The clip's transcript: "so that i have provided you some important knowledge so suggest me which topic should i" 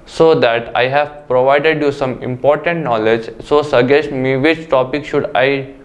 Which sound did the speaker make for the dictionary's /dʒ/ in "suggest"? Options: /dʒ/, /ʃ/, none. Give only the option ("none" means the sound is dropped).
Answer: none